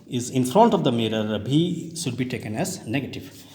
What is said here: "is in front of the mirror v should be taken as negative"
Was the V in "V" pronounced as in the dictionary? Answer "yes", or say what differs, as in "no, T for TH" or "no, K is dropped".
no, B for V